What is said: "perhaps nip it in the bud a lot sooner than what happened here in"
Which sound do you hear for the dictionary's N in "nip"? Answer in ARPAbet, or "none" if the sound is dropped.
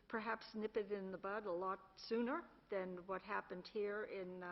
N